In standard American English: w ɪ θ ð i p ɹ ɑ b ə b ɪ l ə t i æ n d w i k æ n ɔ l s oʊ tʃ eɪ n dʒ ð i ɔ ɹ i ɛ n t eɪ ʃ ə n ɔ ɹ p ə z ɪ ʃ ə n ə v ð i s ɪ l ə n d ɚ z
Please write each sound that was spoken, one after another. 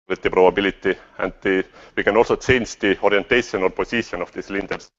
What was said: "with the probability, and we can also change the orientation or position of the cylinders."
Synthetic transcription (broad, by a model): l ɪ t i p ɹ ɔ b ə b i l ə t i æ n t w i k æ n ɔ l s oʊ s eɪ n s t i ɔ ɹ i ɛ n t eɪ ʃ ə n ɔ l p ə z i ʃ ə n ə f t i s l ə n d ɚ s